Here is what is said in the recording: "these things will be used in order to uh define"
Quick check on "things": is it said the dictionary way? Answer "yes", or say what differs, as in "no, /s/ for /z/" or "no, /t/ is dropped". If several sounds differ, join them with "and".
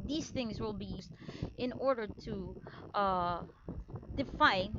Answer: yes